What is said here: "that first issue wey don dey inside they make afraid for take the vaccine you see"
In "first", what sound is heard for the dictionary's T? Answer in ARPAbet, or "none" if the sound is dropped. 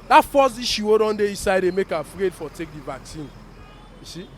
none